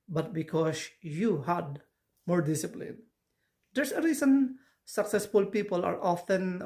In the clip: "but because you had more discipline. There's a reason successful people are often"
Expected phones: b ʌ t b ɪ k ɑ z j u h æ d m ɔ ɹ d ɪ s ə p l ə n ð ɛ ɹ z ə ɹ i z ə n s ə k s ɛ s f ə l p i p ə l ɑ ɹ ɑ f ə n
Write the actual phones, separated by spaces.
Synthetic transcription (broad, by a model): b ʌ t b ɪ k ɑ s j u h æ d m ɔ ɹ d ɪ s ə p l ə n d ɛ ɹ s ə ɹ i s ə n s ə k s ɛ s f ə l p i p ə l ɑ ɹ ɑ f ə n